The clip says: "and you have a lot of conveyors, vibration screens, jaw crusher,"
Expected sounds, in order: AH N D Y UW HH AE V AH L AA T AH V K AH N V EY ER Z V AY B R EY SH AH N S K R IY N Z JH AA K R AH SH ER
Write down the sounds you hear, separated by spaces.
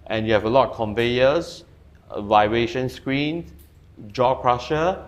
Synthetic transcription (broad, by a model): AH N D Y UW HH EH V AH L AA T K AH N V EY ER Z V AY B R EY SH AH N S K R IY N JH AA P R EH SH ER